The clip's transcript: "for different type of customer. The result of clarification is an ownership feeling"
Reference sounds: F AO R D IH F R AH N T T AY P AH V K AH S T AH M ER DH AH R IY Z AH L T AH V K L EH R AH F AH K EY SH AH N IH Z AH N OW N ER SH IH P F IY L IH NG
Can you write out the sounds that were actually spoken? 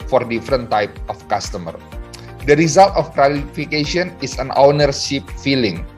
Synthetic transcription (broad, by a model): F AO R D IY F R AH N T T AY P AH F K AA S T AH M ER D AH R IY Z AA L T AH F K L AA L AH F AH K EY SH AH N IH S AH N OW N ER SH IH P F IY L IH NG